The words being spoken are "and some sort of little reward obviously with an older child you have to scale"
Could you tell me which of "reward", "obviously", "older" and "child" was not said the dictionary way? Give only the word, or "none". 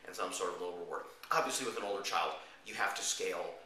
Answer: reward